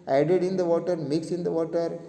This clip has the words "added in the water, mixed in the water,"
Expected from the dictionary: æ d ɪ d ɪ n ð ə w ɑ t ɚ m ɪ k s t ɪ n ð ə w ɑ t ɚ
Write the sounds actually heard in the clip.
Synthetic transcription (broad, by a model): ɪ d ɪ d ɪ n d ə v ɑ t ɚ m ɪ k s ɪ n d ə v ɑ t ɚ